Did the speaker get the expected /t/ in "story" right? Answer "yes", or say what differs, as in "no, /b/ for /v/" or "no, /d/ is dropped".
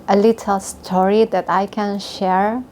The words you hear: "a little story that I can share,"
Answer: yes